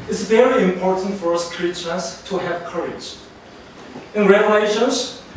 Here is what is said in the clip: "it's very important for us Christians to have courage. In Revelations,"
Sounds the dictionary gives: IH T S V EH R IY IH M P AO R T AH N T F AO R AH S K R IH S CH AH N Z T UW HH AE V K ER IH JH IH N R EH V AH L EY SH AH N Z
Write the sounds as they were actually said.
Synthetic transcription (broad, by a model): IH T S V EH R IY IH M P AO R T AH N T F AO R AH S K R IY CH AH Z T UW HH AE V K ER IH JH IH N R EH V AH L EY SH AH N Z